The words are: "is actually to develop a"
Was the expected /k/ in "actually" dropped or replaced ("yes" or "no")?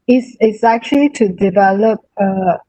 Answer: no